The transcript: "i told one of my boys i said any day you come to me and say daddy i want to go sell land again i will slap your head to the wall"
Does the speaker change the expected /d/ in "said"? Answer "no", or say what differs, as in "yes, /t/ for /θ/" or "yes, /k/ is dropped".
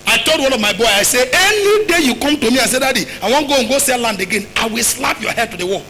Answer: yes, /d/ is dropped